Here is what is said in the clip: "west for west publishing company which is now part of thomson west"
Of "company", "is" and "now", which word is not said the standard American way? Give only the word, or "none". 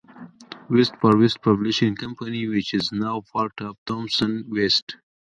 none